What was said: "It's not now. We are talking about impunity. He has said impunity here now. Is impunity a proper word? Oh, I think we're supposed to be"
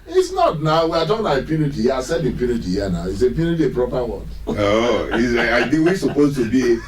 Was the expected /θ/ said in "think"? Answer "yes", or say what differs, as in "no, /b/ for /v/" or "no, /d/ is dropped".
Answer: no, /s/ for /θ/